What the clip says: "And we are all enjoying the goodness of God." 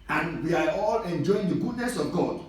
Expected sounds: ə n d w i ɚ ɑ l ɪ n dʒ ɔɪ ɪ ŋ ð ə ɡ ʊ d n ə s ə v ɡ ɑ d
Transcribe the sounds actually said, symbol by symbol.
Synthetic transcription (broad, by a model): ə n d w i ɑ ɑ l ɪ n dʒ ɔɪ ɪ ŋ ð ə ɡ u d n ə s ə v ɡ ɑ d